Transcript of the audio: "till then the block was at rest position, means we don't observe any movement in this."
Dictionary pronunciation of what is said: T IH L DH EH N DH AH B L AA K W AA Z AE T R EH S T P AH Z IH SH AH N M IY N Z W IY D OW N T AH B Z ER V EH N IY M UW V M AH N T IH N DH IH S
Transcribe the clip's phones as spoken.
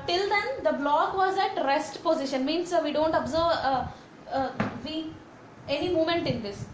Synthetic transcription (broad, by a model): T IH L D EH N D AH B L AA K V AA Z AE T R EH S T P AH Z IH SH AH N M IY N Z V IY D OW N T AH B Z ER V EH N IY M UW M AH N T IH N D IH S